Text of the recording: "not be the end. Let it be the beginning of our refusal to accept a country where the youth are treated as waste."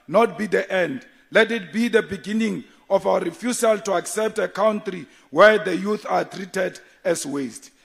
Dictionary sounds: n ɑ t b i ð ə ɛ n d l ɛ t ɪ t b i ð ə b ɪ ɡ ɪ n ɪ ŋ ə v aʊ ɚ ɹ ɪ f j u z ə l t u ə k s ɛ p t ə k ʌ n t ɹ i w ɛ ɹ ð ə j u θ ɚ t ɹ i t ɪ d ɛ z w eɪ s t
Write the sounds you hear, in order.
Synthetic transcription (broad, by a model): n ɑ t b i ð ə ɛ n d l ɛ t ɪ t b i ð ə b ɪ ɡ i n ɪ ŋ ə f aʊ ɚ ɹ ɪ f j u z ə l t u ə k s ɛ p t ə k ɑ n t ɹ i w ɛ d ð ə j u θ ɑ t ɹ i t ɪ d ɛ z w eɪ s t